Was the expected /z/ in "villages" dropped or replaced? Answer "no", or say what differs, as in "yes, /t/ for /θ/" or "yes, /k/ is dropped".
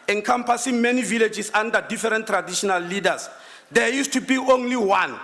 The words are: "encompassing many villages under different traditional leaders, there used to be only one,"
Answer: yes, /s/ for /z/